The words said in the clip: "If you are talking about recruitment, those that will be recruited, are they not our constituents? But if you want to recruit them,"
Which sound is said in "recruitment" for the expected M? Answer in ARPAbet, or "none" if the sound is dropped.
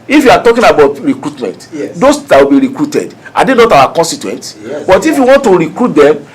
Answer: M